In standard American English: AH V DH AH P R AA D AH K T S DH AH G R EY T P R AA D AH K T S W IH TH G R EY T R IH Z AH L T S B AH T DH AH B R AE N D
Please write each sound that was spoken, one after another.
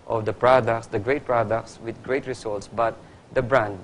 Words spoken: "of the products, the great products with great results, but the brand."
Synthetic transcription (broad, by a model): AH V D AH P R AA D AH K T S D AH G R EY T P R AA D AH K T S W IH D G R EY T R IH S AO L T S B AH T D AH B R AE N D